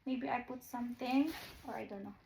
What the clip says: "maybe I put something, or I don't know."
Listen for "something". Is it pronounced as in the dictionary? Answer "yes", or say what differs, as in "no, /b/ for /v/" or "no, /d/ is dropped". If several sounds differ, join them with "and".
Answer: no, /t/ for /θ/